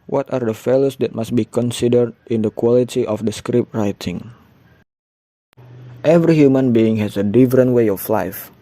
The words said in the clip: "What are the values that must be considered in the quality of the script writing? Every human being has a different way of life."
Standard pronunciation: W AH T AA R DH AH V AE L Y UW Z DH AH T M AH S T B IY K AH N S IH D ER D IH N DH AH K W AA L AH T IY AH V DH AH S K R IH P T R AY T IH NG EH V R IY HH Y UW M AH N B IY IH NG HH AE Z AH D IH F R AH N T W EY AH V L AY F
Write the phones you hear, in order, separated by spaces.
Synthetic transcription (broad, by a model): W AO T AA R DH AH F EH L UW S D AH T M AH S T B IY K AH N S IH D ER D IH N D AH K W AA L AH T IY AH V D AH S K R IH P T R AY T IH NG EH V R IY HH Y UW M AH N B IY IH NG HH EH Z AH D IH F R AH N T W EY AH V L AY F